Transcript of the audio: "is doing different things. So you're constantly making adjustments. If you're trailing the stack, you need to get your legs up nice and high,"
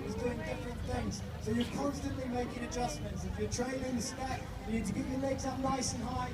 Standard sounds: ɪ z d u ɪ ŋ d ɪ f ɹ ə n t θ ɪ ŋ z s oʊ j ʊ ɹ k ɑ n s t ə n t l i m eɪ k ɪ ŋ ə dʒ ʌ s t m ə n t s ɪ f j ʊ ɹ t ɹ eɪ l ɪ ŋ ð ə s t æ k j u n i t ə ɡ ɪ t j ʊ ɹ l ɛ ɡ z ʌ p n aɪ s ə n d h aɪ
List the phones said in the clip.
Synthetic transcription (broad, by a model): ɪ z d u ɪ ŋ d ɪ f ɹ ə n θ ɪ ŋ z s oʊ j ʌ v k ɑ n s t ə n t l i m eɪ k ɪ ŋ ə dʒ ʌ s m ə n t s ɪ f j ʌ ɹ t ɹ eɪ n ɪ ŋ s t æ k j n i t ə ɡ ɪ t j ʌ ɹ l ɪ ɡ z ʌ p n aɪ s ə n h aɪ